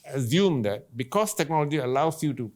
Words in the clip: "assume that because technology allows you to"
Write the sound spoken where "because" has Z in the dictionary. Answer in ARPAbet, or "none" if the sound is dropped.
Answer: S